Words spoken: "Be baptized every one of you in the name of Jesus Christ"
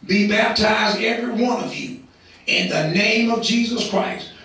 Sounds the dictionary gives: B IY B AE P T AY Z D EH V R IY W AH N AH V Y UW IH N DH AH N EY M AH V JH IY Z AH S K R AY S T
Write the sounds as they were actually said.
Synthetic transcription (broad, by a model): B IY B AE P T AY Z D EH V R IY W AH N AH V Y UW IH N DH AH N EY M AH V JH IY Z AH S K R AY S T